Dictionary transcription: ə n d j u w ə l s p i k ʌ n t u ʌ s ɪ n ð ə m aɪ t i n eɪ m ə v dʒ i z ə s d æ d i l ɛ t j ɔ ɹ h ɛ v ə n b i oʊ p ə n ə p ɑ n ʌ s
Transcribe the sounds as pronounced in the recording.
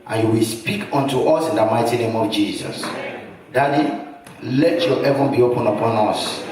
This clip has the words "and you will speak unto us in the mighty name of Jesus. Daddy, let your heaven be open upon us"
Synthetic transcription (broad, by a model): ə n j u w ə l s p i k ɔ n t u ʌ s ɪ n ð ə m aɪ t i n eɪ m ə v dʒ i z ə s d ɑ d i l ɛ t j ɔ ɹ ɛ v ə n b i oʊ p ə n ə p ɑ n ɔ s